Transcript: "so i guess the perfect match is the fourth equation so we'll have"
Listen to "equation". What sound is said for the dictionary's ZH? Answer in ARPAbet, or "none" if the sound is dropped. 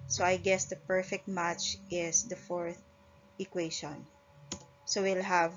SH